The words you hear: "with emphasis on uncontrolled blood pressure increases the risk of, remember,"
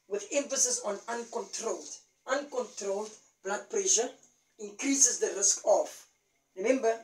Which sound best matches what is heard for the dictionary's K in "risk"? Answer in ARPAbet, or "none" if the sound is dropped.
K